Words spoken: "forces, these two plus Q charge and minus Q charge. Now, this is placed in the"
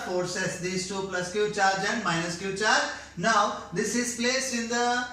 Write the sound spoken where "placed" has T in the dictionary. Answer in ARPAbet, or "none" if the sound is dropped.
none